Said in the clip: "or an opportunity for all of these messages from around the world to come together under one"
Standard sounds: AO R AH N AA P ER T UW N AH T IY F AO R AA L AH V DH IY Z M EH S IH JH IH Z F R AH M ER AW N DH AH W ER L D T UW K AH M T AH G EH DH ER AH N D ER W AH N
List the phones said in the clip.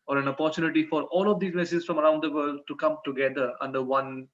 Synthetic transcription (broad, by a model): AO R AH N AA P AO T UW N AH T IY F AO R AA L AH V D IY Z M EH S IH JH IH S F R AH M ER AW N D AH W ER L D T UW K AH M T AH G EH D ER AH N D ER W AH N